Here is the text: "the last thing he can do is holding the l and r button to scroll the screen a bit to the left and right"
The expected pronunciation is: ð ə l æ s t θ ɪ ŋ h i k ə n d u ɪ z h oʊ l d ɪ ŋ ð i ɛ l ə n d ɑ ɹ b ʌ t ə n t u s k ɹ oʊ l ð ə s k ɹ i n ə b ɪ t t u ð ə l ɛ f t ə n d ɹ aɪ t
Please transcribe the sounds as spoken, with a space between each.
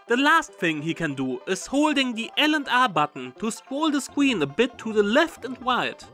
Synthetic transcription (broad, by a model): ð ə l æ s t θ ɪ ŋ h i k ə n d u ɪ z h oʊ l d ɪ ŋ ð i ɛ l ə n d ɑ ɹ b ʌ t n t u s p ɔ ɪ l ð ə s k w i n ə b ɪ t t u ð ə l ɛ f t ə n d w aɪ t